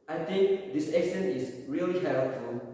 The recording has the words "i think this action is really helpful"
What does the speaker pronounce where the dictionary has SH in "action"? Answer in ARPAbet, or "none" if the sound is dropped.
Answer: S